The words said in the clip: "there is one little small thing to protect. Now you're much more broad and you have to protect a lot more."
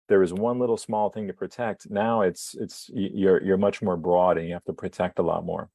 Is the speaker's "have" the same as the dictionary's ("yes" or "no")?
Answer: no